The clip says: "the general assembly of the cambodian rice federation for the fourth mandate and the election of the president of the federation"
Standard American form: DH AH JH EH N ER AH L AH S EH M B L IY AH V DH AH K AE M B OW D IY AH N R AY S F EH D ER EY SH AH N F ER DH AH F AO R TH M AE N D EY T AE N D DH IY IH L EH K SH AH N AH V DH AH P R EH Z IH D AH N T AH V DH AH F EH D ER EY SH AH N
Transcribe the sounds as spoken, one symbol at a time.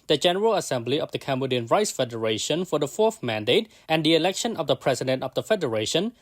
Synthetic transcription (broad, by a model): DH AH JH EH N ER AH L AH S EH M B L IY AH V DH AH K AE M B OW D IY AH N R AY S F EH D ER EY SH AH N F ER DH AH F AO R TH M AE N D EY T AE N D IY IH L EH K SH AH N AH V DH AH P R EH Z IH D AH N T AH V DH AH F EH D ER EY SH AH N